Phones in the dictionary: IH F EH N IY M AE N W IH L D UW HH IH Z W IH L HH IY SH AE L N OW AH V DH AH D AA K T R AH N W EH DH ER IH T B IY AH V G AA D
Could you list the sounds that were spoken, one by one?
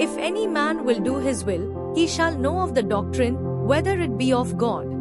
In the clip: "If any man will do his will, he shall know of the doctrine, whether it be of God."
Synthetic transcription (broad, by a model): IH F EH N IY M AE N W IH L D UW HH IH Z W IH L HH IY SH AE L N OW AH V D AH D AA K T R AH N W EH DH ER IH T B IY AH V G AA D